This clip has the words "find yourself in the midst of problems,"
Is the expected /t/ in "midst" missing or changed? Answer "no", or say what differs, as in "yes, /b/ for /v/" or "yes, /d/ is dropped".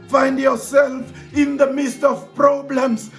no